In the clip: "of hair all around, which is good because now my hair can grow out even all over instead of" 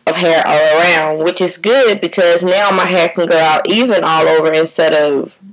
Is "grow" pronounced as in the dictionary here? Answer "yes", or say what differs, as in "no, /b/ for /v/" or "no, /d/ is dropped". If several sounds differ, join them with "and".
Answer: no, /ɹ/ is dropped